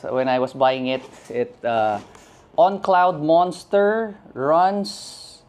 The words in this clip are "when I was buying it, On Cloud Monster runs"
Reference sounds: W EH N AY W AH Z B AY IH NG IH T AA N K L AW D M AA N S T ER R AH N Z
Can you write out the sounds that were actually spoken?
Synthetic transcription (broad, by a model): W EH N AY W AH S B AY IH NG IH T AA N K L AW D M AA N S T ER R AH N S